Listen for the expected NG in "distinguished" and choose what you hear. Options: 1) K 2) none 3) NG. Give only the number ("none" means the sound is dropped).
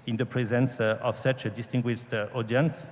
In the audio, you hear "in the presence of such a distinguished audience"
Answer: 3